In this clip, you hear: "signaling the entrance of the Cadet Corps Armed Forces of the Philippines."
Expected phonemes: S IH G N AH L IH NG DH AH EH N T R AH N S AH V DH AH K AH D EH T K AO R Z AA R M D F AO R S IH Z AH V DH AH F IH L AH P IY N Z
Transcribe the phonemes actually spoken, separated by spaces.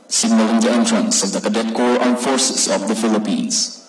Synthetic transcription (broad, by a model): S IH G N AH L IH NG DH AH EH N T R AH N S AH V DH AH K AH D EH T K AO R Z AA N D F AO R S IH S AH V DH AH F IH L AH P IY N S